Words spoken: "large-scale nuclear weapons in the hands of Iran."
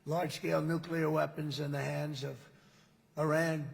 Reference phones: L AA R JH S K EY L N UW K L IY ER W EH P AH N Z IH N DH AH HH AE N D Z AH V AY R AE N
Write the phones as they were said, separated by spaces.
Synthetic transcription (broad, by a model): L AA R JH S K EY L N UW K L IY ER W EH P AH N Z IH N DH AH HH AE N D Z AH V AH R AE N